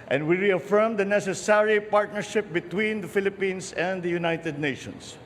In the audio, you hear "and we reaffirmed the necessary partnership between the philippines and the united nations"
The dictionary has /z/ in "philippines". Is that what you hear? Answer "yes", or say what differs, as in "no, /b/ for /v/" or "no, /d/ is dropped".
no, /s/ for /z/